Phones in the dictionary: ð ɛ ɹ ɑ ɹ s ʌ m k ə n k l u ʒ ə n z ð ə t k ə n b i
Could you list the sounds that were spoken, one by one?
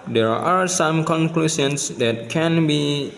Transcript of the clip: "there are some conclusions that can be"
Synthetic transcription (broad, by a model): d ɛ ɹ ɑ ɹ s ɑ m k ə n k l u s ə n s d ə t k ə n b i